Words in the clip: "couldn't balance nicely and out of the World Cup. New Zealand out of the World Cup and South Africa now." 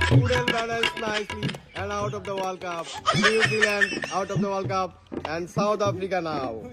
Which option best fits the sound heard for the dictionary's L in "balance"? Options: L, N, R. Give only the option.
N